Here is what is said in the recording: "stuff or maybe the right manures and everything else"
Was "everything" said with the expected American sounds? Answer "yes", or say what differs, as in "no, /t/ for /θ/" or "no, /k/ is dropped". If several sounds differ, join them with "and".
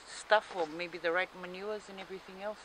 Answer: yes